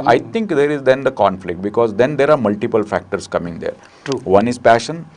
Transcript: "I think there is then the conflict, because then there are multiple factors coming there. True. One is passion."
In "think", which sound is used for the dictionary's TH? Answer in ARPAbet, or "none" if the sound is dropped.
T